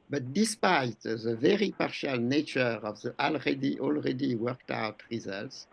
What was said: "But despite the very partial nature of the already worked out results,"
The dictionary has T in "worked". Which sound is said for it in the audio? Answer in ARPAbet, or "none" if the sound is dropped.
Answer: T